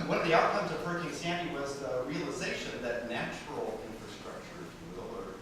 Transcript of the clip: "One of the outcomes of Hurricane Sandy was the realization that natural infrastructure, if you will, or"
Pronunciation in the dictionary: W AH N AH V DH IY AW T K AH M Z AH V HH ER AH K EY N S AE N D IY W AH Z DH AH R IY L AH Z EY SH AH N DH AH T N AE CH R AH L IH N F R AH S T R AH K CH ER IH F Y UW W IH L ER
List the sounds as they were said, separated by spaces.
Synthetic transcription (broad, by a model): W AH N AH V DH IY AW T K AH M Z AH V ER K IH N S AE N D IY W AH Z DH AH R IY L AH Z EY SH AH N DH AH T N AE CH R L IH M F R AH S T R AH K CH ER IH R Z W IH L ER